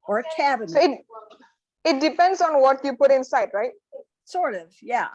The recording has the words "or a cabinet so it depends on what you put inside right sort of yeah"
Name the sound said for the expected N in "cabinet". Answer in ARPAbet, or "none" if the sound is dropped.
none